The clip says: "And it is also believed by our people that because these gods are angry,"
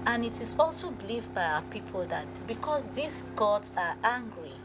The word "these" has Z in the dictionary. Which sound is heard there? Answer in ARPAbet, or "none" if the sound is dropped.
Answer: S